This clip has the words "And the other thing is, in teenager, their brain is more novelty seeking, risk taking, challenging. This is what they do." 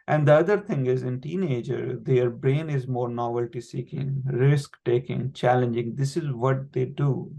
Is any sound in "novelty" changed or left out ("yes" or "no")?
no